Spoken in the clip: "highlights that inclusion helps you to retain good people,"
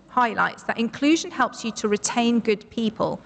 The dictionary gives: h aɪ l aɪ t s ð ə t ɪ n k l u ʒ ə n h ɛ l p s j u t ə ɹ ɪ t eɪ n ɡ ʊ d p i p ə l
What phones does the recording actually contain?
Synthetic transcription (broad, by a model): h aɪ l aɪ t s ð ə t ɪ n k l u ʒ ə n h ɛ l p s j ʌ t ə ɹ ɪ t eɪ n ɡ ʊ d p i p ə l